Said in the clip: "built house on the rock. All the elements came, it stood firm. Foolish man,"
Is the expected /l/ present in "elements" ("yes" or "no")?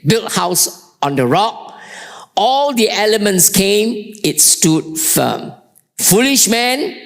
yes